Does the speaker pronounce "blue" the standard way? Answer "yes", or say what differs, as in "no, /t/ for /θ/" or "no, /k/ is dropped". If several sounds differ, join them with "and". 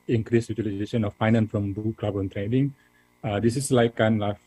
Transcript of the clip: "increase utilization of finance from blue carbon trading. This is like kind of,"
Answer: no, /l/ is dropped